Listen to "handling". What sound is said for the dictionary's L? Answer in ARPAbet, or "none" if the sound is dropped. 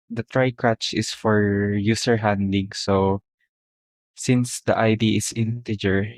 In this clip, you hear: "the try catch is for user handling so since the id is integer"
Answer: none